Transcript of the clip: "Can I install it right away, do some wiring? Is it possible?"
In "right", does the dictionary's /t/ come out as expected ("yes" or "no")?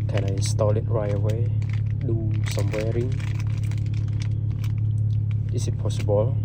no